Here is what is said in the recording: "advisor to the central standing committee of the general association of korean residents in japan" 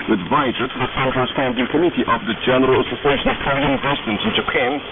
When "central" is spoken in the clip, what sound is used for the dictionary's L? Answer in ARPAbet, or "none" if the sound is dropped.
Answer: N